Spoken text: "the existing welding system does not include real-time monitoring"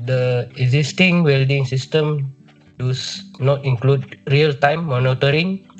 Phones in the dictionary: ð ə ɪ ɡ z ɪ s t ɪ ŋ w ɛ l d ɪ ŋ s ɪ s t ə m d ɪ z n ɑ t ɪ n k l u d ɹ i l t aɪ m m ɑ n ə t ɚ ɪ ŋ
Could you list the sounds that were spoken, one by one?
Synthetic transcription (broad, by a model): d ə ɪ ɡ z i s t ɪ ŋ w ɛ l d ɪ ŋ s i s t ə m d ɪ s n ɑ t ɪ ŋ k l u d ɹ i l t aɪ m m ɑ n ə t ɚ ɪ ŋ